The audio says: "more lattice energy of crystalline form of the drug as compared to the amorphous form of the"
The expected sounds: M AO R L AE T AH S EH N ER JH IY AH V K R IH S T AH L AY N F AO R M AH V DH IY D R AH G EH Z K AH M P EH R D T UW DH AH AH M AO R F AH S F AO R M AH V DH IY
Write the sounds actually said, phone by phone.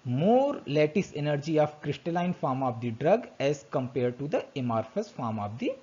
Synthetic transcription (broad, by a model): M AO R L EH T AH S EH N ER JH IY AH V K R IH S T AH L AY N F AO R M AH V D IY D R AH G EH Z K AH M P EH R D T UW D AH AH M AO R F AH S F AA R M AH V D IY